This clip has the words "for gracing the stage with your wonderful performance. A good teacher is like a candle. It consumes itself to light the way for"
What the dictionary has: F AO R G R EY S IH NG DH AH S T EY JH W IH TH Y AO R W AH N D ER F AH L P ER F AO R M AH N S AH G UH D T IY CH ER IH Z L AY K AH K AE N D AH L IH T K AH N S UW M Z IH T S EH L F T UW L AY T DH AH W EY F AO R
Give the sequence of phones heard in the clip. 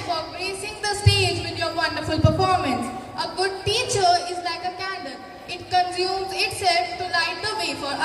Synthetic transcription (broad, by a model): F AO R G R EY S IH NG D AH S T EY JH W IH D Y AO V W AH N D ER F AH L P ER F AO R M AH N S AH G UH D T IY CH ER IH Z L AY K AH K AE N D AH N IH T K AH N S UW M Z IH T S EH L F T UW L AY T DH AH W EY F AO R